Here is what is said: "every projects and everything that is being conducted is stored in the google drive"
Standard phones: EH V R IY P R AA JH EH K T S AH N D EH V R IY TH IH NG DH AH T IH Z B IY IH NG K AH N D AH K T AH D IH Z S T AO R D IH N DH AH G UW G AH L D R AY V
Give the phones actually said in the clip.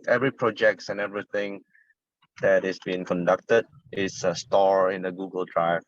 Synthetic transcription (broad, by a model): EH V R IY P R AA JH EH K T S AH N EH V R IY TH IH NG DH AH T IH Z B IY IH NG K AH N D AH K T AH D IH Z S T AO R IH N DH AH G UW G AH L D R AY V